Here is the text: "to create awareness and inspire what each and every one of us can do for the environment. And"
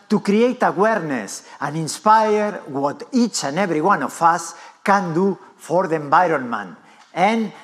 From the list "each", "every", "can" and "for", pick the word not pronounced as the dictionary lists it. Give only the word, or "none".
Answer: every